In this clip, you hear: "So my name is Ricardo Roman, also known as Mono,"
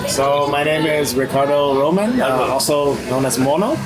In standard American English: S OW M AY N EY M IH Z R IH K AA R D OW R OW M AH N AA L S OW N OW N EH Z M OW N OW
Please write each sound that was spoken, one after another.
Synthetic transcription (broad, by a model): S OW M AY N EY M IH Z R IH K AA R D OW R OW M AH N AA L S OW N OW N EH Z M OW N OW